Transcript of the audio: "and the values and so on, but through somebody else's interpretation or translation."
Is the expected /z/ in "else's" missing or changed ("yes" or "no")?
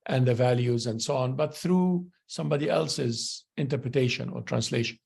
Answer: no